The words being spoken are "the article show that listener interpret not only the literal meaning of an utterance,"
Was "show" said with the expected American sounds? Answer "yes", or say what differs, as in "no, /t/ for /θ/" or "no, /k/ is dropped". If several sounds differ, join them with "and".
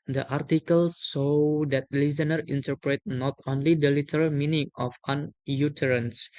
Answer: no, /s/ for /ʃ/